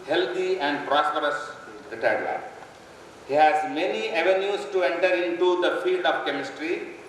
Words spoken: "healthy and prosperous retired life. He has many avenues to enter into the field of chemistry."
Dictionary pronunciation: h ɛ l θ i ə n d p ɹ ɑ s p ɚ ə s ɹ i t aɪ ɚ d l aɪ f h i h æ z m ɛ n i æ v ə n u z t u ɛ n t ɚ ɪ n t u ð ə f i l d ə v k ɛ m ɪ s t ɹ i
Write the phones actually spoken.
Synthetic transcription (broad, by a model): h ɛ l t i ə n d p ɹ ɑ s p ɚ ə s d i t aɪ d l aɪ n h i h æ z m ɛ n i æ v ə n u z t u ɛ n t ɚ ɪ n t u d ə f i l d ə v k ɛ m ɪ s t ɹ i